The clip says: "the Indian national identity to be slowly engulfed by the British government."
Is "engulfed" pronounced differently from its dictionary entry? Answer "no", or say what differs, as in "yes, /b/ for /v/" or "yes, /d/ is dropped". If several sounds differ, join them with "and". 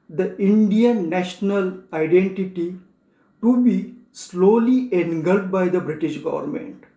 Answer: yes, /f/ is dropped